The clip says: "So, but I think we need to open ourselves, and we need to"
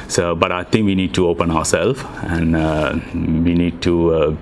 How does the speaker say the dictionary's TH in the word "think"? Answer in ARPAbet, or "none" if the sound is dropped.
T